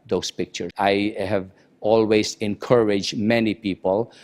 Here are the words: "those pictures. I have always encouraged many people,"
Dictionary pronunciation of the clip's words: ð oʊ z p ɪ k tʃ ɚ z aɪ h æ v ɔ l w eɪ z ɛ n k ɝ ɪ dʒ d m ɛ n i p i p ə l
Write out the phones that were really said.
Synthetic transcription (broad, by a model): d oʊ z p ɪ k tʃ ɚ aɪ h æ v ɔ l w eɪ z ɛ n k ɝ ɪ dʒ d m ɛ n i p i p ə l